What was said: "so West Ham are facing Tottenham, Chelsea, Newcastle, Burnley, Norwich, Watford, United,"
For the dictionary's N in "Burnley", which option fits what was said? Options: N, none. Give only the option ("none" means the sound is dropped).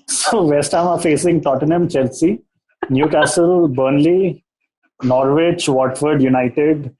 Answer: N